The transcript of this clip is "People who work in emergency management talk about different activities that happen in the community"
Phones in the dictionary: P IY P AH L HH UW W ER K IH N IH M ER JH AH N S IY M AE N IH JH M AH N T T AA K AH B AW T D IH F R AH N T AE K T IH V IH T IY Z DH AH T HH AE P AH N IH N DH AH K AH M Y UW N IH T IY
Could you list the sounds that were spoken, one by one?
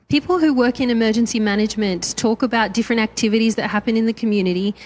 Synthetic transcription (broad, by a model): P IY P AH L HH UW W ER K IH N IH M ER JH AH N S IY M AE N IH JH M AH N T T AA K AH B AW T D IH F R AH N T AE K T IH V IH T IY Z DH AH T HH AE P AH N IH N DH AH K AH M Y UW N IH T IY